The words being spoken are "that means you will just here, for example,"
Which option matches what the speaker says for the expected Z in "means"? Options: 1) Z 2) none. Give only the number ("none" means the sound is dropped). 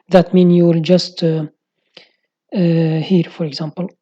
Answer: 2